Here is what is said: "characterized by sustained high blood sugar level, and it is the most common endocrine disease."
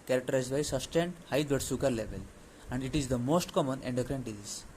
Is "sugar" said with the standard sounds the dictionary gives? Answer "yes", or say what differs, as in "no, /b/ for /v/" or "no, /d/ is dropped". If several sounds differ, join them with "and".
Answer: no, /s/ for /ʃ/